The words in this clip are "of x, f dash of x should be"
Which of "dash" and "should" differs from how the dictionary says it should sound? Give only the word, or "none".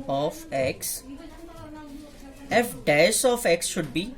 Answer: dash